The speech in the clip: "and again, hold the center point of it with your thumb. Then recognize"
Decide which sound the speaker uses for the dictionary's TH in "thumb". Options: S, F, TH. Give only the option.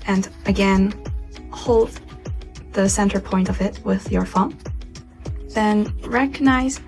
F